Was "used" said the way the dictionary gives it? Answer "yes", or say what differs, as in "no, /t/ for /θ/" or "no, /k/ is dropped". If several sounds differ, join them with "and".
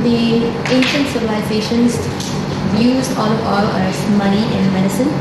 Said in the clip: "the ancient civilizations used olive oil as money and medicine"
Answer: no, /d/ is dropped